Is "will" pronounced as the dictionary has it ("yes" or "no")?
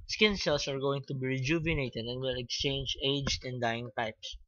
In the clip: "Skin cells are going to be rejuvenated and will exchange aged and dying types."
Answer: yes